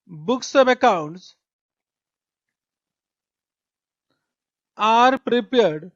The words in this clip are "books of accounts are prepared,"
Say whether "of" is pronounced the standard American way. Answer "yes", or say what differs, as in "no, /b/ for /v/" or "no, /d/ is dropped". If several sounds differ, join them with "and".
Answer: no, /p/ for /v/